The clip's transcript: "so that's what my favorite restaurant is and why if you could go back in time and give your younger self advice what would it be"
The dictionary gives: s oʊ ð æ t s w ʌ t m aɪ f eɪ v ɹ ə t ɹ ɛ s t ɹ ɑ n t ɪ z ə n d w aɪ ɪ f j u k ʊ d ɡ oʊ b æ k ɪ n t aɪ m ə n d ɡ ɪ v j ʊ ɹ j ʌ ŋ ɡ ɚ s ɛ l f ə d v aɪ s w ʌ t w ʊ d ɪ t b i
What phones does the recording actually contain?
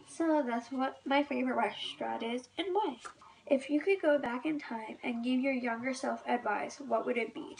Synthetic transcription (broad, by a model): s oʊ ð æ t s w ʌ t m aɪ f eɪ v ɹ ə t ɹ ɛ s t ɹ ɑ t ɪ z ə n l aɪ ɪ f j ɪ k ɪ d ɡ oʊ b æ k ɪ n t aɪ m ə n ɡ ɪ v j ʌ ɹ j ʌ ŋ ɡ ɚ s ɛ l f ə d v aɪ s w ʌ t w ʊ d ɪ t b i